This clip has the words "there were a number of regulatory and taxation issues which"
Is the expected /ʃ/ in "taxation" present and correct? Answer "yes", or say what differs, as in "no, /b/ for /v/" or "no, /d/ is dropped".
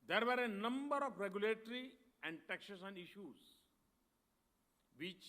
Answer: no, /s/ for /ʃ/